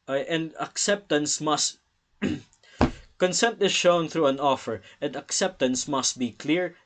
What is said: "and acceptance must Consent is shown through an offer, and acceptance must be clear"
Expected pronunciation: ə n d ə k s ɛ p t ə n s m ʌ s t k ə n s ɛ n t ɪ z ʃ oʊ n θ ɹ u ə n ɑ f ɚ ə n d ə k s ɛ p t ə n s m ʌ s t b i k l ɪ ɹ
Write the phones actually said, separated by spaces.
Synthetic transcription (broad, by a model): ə n d ə k s ɛ p t ə n s m ʌ s t k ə n s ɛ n t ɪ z ʃ oʊ n θ ɹ u ə n ɑ f ɚ ə n d ə k s ɛ p t ə n s m ʌ s t b i k l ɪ ɹ